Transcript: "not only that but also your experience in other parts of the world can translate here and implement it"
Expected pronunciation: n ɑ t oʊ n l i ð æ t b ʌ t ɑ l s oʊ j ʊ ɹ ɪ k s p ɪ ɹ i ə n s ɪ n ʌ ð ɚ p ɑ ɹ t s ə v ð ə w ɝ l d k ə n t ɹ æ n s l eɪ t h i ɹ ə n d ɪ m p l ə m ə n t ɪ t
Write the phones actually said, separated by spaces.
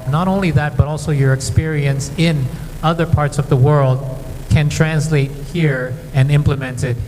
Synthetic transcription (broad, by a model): n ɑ t oʊ n l i ð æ t b ʌ t ɑ l s oʊ j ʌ ɹ ɪ k s p ɪ ɹ i ə n s ɪ n ʌ ð ɚ p ɑ ɹ t s ə v ð ə w ɝ l d k ə n t ɹ æ n s l eɪ t h i ɹ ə n ɪ m p l ə m ə n t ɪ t